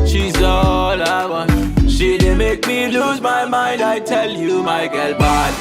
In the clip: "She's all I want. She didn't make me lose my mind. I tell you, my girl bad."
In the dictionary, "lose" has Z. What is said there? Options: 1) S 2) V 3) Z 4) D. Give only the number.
3